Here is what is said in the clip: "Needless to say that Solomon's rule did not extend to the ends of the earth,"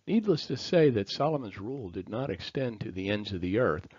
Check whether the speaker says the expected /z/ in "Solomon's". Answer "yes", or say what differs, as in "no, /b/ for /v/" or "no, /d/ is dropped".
yes